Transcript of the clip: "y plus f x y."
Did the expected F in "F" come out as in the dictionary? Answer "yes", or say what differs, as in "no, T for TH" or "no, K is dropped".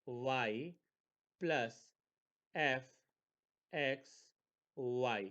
yes